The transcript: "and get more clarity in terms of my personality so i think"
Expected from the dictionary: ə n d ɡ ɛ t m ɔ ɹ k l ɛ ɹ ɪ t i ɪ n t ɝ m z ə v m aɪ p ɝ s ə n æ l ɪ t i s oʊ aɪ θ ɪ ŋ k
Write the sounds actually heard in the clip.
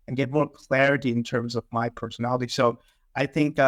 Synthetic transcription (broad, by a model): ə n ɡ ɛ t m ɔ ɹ k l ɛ ɹ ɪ t i ɪ n t ɝ m z ə v m aɪ p ɝ s ə n æ l ɪ t i s oʊ aɪ θ ɪ ŋ k